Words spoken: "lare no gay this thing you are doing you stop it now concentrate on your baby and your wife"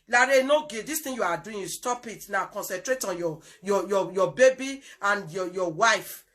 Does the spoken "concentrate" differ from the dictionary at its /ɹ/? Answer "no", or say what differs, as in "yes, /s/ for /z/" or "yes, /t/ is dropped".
no